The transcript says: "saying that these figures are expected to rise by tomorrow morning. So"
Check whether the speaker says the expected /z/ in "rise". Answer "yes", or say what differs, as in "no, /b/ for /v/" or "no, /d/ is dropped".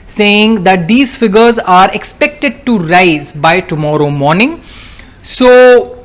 yes